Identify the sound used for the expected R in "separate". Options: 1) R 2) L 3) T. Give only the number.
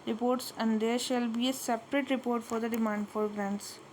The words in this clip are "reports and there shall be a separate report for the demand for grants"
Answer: 1